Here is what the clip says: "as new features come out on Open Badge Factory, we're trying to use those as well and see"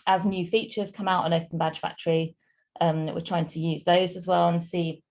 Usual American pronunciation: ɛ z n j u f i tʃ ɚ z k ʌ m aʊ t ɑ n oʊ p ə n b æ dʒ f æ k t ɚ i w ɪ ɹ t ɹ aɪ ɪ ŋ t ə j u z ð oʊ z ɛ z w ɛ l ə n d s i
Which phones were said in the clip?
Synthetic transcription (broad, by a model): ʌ z n j u f i tʃ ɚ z k ʌ m aʊ t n oʊ p ə n b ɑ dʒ f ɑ k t ɚ i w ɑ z t ɹ aɪ ɪ ŋ t ə j u z ð oʊ z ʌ z w ɛ l ə n s i